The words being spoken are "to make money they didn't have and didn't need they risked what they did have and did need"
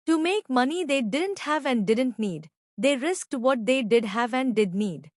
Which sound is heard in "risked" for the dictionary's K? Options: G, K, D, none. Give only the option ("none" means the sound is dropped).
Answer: K